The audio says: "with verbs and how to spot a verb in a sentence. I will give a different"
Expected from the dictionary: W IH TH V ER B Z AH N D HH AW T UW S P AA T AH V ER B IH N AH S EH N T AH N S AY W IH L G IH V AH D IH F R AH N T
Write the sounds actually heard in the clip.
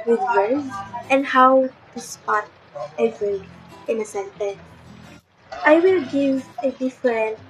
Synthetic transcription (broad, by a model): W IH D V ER Z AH N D HH AW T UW S P AA T AH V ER IH N AH S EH N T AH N AY W IH L G IH V AH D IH F R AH N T